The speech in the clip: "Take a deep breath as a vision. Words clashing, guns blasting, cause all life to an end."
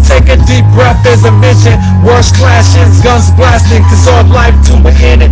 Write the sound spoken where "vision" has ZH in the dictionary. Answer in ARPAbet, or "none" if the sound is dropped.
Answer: SH